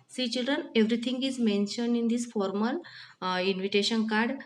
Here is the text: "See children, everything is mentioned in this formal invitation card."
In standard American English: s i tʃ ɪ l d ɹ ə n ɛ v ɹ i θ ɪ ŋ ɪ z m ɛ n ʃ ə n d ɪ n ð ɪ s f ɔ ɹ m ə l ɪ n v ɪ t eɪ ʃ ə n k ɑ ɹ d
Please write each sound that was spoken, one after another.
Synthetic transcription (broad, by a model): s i tʃ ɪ l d ɹ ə n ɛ v ɹ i t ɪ ŋ ɪ z m ɛ n ʃ ə n d ɪ n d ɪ s f ɔ ɹ m ə l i n v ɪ t eɪ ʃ ə n k ɑ ɹ d